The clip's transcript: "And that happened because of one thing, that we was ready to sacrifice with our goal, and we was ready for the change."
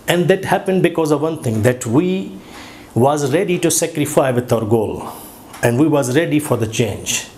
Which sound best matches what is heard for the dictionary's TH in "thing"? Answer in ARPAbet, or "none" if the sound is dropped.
T